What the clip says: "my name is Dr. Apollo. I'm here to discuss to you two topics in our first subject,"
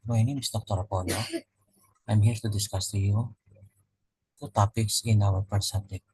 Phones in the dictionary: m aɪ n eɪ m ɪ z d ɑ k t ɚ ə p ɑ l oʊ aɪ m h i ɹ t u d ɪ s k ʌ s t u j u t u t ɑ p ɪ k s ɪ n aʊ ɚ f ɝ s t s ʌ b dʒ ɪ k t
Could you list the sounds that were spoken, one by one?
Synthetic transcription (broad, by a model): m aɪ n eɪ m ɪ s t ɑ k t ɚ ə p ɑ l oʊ aɪ m h i ɹ t u d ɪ s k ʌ s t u j u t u t ɑ p ɪ k s ɪ n aʊ ɚ p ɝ t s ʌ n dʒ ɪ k